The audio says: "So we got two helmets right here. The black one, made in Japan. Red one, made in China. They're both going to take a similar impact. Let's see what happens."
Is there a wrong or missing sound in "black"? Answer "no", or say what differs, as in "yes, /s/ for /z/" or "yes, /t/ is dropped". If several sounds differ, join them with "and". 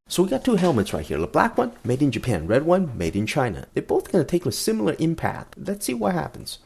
no